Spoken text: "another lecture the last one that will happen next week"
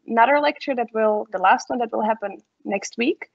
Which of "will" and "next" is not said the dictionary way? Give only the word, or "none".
none